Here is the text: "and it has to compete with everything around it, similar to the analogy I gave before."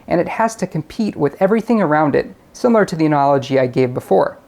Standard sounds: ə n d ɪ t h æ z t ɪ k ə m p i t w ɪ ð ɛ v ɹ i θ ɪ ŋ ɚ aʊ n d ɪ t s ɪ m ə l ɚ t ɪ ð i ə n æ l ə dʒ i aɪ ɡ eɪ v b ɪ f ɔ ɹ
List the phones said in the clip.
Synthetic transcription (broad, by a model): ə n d ɪ t h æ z t ɪ k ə m p i t w ɪ ð ɛ v ɹ i θ ɪ ŋ ɚ aʊ n d ɪ t s ɪ m l ɚ t ɪ ð i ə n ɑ l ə dʒ i aɪ ɡ eɪ v b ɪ f ɔ ɹ